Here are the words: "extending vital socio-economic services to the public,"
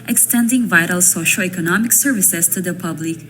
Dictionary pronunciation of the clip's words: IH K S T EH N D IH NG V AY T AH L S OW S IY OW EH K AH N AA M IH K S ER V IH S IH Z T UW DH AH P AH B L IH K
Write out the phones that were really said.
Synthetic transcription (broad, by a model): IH K S T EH N D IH NG V AY T AH L S OW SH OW EH K AH N AA M IH K S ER V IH S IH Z T UW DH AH P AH B L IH K